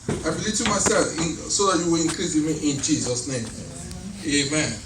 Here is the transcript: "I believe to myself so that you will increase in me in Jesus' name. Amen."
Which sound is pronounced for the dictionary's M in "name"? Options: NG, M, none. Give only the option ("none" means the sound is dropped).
M